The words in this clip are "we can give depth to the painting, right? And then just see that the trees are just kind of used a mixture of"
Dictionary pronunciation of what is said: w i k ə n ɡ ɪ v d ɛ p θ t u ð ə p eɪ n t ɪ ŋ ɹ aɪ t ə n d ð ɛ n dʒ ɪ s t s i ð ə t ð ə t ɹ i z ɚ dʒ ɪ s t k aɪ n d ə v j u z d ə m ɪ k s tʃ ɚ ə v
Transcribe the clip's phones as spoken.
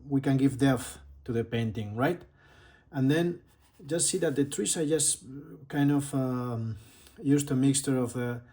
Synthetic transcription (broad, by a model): w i k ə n ɡ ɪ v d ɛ θ t u ð ə p eɪ n t ɪ ŋ ɹ aɪ t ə n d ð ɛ n dʒ ɪ s t s i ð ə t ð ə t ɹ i s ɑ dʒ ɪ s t k aɪ n d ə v j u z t ə m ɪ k s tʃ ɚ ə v